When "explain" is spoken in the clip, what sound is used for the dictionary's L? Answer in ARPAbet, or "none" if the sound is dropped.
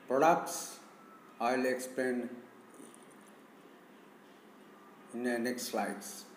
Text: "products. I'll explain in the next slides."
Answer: none